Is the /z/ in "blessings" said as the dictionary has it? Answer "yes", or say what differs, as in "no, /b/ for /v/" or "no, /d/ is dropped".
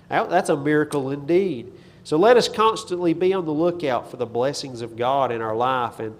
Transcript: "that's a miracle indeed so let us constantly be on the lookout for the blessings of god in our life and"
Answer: yes